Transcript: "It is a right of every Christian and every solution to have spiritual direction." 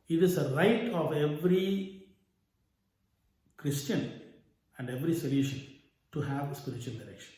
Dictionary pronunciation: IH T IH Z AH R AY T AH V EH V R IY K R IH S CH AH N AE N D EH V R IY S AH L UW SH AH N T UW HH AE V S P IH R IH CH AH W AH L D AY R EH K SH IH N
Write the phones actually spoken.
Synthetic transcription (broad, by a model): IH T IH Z AH R AY T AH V EH V R IY K R IH S CH AH N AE N D EH V R IY S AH L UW SH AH N T UW HH AE V S P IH R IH CH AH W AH L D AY R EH K SH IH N